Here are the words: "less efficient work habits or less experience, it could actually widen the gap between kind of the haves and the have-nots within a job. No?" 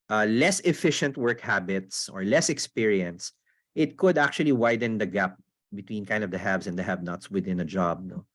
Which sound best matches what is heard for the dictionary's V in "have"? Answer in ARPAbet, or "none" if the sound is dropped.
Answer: B